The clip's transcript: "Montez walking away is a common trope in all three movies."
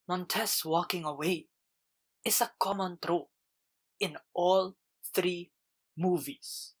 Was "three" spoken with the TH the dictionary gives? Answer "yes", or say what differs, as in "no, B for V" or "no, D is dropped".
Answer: yes